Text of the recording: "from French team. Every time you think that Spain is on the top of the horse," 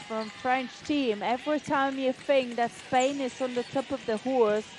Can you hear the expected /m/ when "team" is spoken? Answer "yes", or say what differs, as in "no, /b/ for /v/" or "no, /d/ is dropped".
yes